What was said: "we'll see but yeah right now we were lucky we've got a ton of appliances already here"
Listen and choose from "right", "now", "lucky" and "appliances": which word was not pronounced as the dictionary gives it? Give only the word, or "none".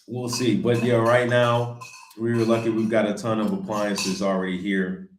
none